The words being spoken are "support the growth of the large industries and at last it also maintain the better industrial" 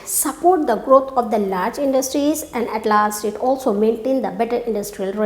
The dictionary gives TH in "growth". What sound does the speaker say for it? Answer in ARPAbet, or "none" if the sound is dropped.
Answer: T